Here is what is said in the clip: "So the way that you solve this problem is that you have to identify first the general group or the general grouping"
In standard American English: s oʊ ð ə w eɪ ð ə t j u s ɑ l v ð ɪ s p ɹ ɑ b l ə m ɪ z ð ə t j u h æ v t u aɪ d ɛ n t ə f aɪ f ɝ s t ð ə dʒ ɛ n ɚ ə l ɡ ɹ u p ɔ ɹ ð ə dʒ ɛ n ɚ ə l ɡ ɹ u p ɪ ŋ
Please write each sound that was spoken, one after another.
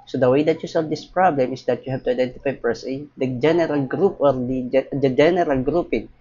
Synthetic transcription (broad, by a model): s oʊ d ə w eɪ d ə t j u s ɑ l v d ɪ s p ɹ ɑ b l ə m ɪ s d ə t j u h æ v t u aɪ d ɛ n t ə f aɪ p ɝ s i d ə dʒ ɛ n ɚ ə l ɡ ɹ u p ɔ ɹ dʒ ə dʒ ɛ n ɚ ə l ɡ ɹ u p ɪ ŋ